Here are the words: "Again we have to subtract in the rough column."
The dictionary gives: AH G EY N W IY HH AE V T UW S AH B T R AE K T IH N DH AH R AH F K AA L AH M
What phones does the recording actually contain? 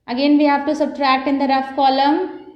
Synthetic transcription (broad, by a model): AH G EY N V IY HH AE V T UW S AH B T R AE K T IH N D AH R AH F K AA L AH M